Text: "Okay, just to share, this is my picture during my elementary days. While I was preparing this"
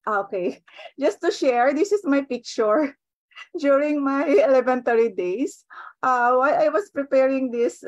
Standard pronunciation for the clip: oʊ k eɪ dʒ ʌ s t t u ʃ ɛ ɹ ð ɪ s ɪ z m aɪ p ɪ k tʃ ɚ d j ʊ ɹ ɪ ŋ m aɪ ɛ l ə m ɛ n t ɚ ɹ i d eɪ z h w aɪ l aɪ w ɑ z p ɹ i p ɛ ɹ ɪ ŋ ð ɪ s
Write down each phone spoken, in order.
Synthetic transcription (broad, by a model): oʊ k eɪ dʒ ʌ s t t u ʃ ɛ ɹ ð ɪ s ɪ s m aɪ p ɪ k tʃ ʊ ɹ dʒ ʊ ɹ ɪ ŋ m aɪ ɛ l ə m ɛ n t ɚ ɹ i d eɪ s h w aɪ aɪ w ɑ s p ɹ i p ɛ ɹ ɪ ŋ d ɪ s